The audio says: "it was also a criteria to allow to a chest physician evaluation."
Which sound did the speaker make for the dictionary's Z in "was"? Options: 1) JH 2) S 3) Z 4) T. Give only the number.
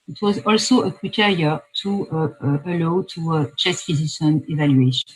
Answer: 3